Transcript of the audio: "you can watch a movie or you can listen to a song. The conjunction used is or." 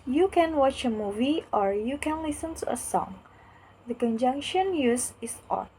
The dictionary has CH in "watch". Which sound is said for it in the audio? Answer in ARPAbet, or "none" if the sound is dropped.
CH